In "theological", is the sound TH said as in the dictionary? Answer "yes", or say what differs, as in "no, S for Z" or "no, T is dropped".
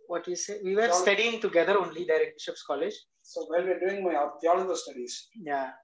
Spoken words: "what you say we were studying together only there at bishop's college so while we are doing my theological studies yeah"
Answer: no, F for TH